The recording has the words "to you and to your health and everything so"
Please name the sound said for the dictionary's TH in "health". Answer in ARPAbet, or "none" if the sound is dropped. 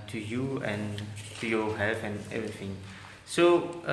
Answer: F